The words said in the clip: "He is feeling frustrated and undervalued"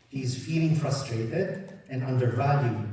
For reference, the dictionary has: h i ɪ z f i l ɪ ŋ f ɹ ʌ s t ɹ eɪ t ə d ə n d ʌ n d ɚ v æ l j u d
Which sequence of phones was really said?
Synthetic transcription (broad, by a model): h i ɪ z f i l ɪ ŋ f ɹ ʌ s t ɹ eɪ t ə d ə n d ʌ n d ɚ v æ l j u